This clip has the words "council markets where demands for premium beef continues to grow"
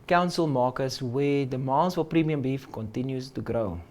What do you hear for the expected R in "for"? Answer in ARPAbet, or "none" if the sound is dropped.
L